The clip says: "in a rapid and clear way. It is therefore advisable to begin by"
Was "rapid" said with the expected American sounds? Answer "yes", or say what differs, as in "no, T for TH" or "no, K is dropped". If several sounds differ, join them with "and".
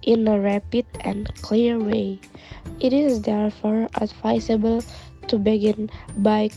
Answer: yes